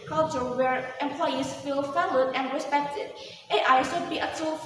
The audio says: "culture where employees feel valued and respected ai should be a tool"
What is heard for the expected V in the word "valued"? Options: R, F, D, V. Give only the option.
F